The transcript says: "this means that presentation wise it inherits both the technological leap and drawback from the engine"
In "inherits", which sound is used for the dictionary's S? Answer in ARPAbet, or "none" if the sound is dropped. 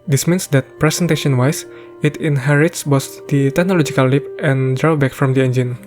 S